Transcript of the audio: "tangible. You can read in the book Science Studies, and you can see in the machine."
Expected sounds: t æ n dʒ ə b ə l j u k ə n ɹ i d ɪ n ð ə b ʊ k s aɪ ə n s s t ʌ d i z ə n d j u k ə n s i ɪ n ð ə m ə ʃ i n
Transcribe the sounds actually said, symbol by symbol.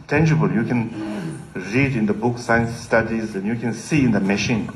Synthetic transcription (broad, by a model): t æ n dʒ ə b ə l j u k ə n ɹ i d ɪ n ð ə b ʊ k s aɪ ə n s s t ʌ d i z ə n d j u k ə n s i ɪ n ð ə m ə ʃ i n